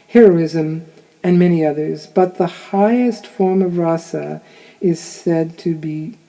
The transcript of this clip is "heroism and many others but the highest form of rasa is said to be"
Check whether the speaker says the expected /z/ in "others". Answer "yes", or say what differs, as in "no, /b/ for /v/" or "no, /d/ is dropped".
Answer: yes